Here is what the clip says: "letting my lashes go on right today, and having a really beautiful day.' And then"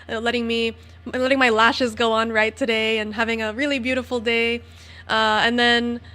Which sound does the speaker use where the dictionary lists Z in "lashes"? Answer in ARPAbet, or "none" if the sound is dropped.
Z